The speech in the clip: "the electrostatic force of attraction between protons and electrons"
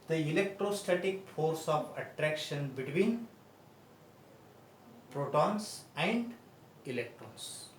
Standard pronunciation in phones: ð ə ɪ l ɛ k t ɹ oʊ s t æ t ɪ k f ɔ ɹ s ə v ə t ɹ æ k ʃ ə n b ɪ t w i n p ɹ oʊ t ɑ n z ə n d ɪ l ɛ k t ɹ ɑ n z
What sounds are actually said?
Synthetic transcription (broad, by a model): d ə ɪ l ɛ k t ɹ oʊ s t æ t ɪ k f ɔ ɹ s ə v ə t ɹ æ k ʃ ə n b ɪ t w i n p ɹ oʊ t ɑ n s ə n d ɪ l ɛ k t ɹ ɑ n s